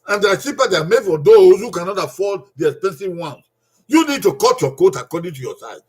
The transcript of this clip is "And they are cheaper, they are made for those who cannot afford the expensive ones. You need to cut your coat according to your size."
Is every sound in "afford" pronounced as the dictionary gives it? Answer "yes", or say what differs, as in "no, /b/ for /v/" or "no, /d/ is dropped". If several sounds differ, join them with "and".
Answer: no, /l/ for /ɹ/